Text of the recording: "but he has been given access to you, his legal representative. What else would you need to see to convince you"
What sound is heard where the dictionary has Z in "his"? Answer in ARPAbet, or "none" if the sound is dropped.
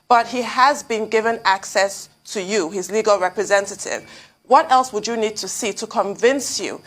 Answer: Z